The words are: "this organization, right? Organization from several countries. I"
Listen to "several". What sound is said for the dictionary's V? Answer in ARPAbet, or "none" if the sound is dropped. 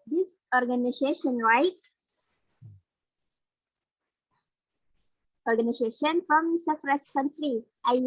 F